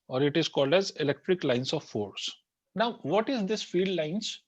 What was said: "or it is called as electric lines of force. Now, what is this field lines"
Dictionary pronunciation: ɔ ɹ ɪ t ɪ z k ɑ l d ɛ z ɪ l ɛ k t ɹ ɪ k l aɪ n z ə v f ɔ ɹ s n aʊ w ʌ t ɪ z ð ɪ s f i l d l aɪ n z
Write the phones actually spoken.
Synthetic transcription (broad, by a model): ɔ ɹ ɪ t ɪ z k ɑ l d ɛ z ɪ l ɛ k t ɹ ɪ k l aɪ n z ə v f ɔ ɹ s n aʊ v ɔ t ɪ z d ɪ s f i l d l aɪ n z